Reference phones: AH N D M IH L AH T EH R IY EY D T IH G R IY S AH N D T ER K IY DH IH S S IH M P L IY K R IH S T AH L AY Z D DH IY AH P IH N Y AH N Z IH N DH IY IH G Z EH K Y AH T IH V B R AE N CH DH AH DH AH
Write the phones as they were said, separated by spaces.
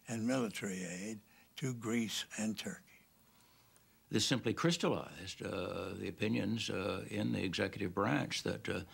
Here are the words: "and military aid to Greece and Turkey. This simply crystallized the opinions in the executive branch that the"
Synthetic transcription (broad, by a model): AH N M IH L AH T EH R IY EY D T IH G R IY S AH N T ER K IY DH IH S S IH M P L IY K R IH S T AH L AY Z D DH IY AH P IH N Y AH N Z IH N DH IY IH G Z EH K Y AH T IH V B R AE N CH DH AH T